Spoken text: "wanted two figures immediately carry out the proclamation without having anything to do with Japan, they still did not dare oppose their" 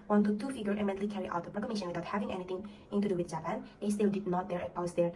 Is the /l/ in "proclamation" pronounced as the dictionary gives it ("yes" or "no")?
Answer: no